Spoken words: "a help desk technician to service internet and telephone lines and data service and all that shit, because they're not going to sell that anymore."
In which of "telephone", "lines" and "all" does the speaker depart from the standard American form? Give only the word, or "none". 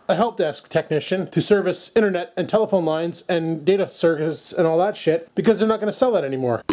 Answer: none